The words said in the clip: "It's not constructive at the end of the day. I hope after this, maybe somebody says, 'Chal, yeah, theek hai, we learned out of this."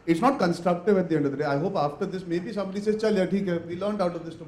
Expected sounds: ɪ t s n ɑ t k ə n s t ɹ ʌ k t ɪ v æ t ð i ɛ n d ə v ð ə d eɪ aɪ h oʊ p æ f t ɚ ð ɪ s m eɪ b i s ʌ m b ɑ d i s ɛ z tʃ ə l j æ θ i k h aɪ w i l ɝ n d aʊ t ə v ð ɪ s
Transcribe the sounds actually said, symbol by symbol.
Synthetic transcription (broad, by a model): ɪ t s n ɑ t k ə n s t ɹ ʌ k t ɪ v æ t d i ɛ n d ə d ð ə d eɪ aɪ h oʊ p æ f t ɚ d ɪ s m eɪ b i s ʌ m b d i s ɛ tʃ ə l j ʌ t i k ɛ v i l ɝ n d aʊ t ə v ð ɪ s